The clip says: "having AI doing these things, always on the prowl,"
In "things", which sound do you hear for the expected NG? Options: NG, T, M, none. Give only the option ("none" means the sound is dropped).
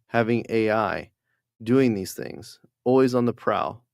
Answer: NG